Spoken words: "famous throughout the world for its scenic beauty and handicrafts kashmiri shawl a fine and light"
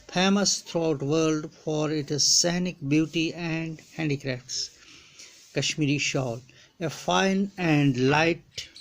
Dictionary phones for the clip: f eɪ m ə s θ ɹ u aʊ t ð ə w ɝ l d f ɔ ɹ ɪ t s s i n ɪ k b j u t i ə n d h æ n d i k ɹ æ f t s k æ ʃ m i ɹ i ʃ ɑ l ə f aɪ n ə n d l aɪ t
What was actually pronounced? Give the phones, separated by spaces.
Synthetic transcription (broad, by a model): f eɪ m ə s t ɹ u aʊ t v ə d l d f ɔ ɹ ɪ t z s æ n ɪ k b j u t i ə n d h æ n d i k ɹ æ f t s k æ ʃ m i ɹ i ʃ ɑ l ə f aɪ n ə n d l aɪ t